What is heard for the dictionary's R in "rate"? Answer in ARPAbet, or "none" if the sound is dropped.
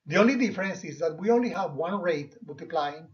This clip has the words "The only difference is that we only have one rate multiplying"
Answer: R